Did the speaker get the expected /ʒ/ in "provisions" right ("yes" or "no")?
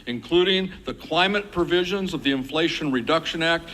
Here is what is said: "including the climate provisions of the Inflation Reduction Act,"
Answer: yes